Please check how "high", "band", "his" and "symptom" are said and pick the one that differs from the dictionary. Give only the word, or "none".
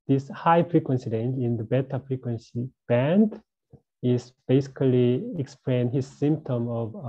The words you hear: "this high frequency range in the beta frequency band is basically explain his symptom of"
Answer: none